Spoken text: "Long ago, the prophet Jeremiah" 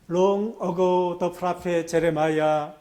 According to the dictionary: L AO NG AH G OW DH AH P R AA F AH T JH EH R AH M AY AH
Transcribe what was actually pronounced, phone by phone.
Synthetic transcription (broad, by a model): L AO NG AH G OW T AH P R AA P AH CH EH R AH M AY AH